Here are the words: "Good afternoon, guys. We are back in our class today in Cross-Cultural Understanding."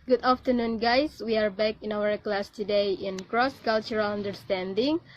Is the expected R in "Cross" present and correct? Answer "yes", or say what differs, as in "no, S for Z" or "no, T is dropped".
yes